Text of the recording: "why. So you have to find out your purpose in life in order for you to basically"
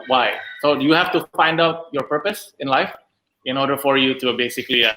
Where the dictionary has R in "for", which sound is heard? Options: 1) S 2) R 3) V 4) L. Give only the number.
2